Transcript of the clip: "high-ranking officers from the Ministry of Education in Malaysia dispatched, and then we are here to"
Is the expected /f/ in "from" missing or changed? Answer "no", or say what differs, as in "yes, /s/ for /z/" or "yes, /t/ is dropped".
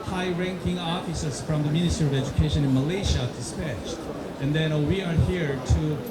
no